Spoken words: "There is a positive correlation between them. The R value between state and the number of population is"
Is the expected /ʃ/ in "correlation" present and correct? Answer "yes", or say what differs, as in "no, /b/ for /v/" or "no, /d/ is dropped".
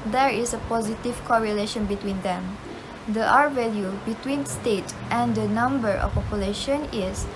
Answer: yes